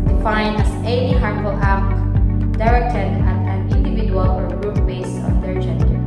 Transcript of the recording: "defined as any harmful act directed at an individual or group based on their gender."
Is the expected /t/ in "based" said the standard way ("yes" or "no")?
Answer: no